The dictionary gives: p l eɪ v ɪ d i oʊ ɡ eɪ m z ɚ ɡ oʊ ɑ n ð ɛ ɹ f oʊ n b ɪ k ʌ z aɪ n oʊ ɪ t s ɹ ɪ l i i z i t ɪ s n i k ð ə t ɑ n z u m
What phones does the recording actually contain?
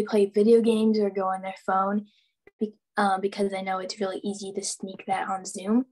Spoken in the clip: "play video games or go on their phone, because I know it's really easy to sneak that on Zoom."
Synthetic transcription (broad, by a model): p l eɪ v ɪ d i oʊ ɡ eɪ m z ɚ ɡ oʊ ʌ n ð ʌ ɹ f oʊ n b ɪ k ʌ z aɪ n oʊ ɪ t s ɹ ɪ l i i z i t ɪ s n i k ð ə t n z u m